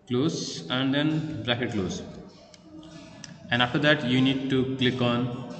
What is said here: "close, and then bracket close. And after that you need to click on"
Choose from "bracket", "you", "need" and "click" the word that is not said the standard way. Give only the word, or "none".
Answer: none